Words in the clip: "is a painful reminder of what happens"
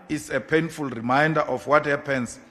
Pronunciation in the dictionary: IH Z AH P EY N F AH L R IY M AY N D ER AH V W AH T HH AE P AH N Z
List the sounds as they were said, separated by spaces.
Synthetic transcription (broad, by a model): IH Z AH P EY N F AH L R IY M AY N D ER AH F W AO T HH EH P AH N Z